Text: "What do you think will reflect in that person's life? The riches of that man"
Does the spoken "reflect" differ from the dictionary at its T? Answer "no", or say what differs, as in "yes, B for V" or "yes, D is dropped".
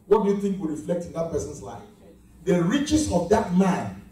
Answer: no